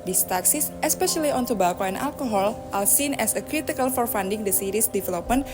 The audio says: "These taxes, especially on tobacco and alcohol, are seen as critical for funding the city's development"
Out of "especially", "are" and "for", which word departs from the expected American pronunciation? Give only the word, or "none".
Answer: are